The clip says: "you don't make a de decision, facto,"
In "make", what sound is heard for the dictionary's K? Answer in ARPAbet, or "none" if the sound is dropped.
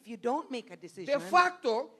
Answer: none